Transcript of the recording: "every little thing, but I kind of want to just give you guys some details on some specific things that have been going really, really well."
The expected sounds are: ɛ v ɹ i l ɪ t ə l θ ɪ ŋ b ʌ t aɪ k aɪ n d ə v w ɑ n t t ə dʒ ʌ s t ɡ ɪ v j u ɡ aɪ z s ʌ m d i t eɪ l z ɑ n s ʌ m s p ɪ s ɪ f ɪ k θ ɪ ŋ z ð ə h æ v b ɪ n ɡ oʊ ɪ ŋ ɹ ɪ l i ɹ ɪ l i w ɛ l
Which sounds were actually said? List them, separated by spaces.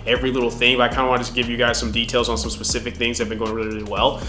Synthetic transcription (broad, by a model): ɛ v ɹ i l ɪ t l θ ɪ ŋ b ʌ t aɪ k aɪ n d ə w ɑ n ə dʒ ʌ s ɡ ɪ v j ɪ ɡ aɪ z s ʌ m d i t eɪ l z n s ʌ m s p ɪ s ɪ f ɪ k θ ɪ ŋ z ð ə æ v b ɪ n ɡ oʊ ɪ ŋ ɹ ɪ l i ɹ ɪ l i w ɛ l